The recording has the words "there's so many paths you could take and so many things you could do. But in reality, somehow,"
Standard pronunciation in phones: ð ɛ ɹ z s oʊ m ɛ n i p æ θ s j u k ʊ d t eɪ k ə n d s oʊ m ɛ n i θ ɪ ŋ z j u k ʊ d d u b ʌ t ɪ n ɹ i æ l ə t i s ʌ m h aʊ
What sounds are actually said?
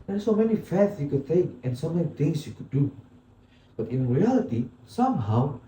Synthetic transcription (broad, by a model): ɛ s oʊ m ɛ n i f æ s j u k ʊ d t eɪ k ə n s oʊ m ɛ n i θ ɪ ŋ s j u k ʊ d d u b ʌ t ɪ n ɹ i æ l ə t i s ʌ m h aʊ